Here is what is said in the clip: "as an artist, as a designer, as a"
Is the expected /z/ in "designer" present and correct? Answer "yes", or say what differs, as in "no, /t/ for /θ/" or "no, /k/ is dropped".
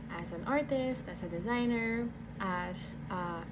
yes